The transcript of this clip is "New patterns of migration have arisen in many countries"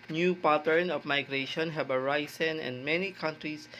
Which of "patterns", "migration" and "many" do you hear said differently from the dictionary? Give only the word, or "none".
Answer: patterns